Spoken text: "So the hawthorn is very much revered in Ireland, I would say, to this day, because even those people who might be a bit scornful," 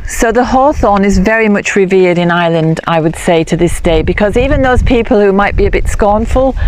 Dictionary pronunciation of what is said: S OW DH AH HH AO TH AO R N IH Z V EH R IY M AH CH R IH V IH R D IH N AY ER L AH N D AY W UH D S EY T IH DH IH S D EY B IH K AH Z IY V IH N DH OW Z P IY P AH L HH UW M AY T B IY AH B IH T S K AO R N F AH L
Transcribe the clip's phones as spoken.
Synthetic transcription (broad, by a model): S OW DH AH HH AO TH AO N IH Z V EH R IY M AH CH R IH V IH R D IH N AY L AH N D AY W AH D S EY T IH DH IH S D EY B IH K AH Z IY V IH N DH OW Z P IY P AH L HH UW M AY T B IY AH B IH T S K AO R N F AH L